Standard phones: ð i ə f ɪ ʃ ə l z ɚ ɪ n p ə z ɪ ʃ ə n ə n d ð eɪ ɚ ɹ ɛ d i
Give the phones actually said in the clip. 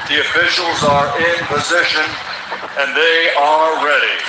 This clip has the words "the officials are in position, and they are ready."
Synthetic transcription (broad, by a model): ð i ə f ɪ ʃ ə l z ɚ ɪ n p ə z ɪ ʃ ə n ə n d ð eɪ ɚ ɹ ɛ d i